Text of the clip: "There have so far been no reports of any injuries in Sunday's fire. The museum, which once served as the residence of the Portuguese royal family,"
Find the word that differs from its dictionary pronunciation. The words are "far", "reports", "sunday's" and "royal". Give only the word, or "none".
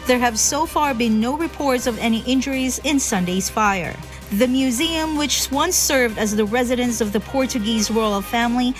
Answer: royal